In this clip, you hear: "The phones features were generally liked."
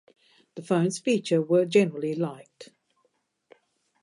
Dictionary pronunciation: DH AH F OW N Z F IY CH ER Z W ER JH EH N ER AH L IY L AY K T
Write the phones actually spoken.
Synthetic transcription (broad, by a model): DH AH F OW N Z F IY CH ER W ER JH EH N ER AH L IY L AY K T